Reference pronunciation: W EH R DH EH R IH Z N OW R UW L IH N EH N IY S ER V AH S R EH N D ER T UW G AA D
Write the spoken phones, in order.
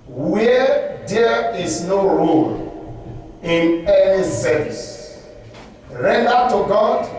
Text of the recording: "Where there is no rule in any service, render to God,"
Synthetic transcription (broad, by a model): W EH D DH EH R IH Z N OW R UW L IH N EH N IY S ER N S R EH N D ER T UW G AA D